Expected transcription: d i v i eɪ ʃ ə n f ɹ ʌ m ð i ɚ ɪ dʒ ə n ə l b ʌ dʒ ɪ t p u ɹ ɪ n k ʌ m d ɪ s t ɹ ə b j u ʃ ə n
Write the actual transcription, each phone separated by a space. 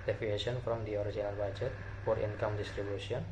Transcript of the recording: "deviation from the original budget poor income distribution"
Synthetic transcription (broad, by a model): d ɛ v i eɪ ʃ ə n f ɹ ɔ m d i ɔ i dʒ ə n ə l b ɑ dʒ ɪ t f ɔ ɹ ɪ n k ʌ m d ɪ s t ɹ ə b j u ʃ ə n